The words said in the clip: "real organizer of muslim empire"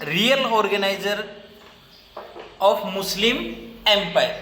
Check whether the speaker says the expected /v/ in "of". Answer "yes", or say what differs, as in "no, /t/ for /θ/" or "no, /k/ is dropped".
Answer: no, /p/ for /v/